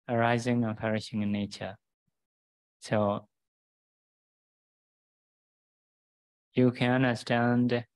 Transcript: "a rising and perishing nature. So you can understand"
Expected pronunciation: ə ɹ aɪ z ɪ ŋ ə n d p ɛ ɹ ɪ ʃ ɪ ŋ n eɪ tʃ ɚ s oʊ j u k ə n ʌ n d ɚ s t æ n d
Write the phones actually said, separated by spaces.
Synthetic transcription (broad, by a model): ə ɹ aɪ z ɪ ŋ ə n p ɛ ɹ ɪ ʃ ɪ ŋ n eɪ tʃ ɚ s oʊ j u k ə n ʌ n d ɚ s t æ n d